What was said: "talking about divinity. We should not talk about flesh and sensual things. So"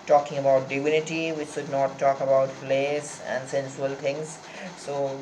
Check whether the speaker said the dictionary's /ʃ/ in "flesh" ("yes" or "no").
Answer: no